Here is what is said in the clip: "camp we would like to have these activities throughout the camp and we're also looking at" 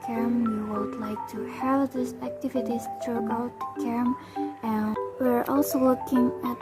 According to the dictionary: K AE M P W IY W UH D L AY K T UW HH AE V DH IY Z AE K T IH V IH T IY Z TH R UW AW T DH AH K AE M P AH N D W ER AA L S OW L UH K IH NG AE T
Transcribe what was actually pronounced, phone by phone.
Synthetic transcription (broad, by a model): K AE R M W IY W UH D L AY K T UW HH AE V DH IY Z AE K T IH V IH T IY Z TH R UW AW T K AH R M AH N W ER AA L S OW W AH K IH NG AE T